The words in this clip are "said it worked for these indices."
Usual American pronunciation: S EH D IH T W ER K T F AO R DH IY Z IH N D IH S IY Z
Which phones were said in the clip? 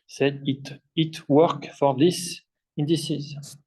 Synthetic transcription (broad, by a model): S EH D IH T W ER K F AO R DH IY S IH N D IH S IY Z